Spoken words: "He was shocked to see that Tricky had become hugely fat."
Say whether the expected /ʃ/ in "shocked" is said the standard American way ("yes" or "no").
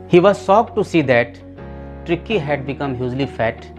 no